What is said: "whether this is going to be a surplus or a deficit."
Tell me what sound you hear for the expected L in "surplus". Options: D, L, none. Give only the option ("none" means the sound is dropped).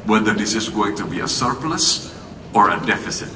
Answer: L